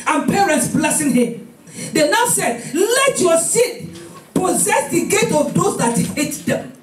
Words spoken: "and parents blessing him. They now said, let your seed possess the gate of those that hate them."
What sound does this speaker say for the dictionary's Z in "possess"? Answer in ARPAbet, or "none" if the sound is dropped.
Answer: Z